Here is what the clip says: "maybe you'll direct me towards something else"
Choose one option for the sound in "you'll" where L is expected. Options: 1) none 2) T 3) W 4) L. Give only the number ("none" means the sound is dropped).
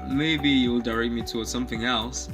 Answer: 4